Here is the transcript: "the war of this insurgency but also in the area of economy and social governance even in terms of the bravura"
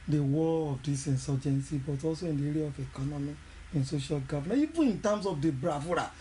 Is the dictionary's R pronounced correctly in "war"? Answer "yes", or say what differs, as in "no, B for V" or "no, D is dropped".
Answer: no, L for R